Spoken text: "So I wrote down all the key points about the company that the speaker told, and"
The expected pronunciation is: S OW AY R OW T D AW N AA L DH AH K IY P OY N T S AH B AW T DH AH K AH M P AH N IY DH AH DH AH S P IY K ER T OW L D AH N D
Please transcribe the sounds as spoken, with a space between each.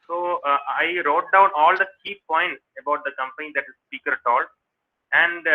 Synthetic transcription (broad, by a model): S OW AY R OW T D AW N AA L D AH K IY P OY N T S AH B AW T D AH K AH M P AH N IY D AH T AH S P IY K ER T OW L AH N D